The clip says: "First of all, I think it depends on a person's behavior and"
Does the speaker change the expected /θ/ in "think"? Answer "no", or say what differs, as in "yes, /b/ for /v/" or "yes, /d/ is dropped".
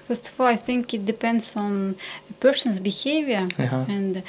no